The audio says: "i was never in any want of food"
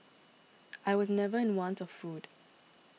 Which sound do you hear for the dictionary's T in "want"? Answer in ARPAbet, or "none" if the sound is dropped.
T